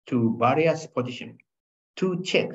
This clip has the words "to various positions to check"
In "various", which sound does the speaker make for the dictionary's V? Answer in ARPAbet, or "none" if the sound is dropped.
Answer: B